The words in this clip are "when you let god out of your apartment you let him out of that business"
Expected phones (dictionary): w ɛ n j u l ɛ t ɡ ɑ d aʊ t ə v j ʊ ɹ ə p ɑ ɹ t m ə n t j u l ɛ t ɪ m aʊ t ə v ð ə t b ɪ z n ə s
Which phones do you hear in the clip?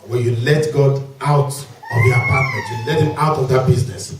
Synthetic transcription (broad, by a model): w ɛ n j u l ɛ t ɡ ɑ d aʊ t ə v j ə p ɑ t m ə t j u l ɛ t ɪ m aʊ t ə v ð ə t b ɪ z n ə s